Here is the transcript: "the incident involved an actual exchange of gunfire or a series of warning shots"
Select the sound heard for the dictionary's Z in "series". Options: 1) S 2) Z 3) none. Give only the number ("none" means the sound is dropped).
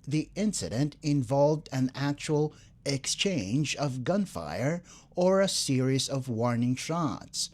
2